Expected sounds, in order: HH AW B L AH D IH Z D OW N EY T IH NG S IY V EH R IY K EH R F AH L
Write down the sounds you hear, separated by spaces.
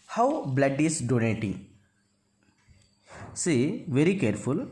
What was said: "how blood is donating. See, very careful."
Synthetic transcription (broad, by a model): HH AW B L AH D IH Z D OW N EY T IH NG S IY V EH R IY K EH R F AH L